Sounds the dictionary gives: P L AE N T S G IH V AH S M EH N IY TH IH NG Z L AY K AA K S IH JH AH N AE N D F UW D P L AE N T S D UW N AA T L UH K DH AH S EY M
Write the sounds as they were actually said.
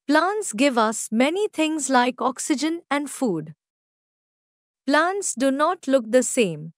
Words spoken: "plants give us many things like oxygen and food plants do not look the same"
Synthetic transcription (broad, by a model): P L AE N T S G IH V AH S M EH N IY T IH NG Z L AY K AA K S IH JH AH N AE N D F UW D P L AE N T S D UW N AA T L UH K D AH S EY M